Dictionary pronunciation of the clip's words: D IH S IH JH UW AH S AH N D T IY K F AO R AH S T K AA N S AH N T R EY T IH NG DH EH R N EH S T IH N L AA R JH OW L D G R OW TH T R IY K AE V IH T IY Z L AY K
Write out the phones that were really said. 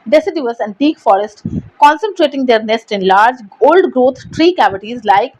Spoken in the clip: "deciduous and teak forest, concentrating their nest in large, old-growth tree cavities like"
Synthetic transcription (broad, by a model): D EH S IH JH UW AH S AH N D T IY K F AO R AH S T K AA N S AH N T R EY T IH NG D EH R N EH S T IH N L AA R JH OW L D G R OW T T R IY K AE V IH T IY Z L AY K